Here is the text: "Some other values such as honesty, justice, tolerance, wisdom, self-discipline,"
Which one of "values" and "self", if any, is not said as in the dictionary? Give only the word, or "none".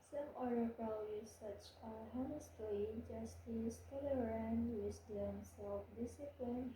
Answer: values